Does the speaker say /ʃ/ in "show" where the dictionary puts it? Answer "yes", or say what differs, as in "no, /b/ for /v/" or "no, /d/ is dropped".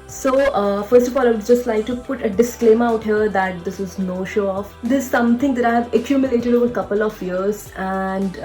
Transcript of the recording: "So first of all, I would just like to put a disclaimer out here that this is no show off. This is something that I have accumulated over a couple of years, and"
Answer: yes